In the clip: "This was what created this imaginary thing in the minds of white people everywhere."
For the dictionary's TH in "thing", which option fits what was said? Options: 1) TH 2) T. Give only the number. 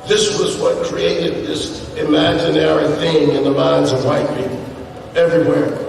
1